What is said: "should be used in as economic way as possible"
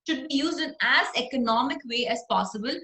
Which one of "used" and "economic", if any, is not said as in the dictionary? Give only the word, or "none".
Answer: none